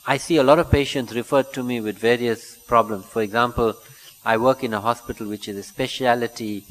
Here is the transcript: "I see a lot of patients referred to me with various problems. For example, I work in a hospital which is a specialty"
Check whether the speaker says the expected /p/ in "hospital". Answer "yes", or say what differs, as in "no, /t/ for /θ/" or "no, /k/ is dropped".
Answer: yes